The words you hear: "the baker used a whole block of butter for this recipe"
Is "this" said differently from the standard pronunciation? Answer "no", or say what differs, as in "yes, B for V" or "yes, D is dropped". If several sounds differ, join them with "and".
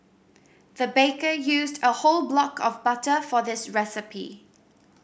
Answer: no